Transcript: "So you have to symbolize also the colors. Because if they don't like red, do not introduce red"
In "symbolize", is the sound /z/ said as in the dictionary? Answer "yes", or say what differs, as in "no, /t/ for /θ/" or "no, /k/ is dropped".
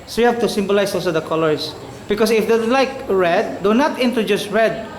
no, /s/ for /z/